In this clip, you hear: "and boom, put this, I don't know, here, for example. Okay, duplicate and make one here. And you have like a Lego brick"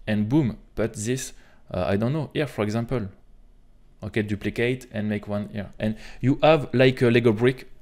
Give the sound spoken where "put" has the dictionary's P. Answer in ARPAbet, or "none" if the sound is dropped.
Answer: B